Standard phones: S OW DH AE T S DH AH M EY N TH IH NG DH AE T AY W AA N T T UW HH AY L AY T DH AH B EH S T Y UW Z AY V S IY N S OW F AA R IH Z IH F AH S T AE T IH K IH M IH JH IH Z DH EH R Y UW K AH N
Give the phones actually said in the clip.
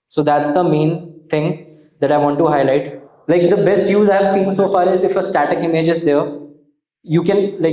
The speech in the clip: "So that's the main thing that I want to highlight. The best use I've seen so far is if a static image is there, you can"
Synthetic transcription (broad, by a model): S OW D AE T S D AH M EY N T IH NG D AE T AY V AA N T T UW HH AY L AY T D AH B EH S T Y UW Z AY V S IY N S OW F AA R IH Z IH F AH S T AE T IH K IH M IH JH IH Z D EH R Y UW K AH N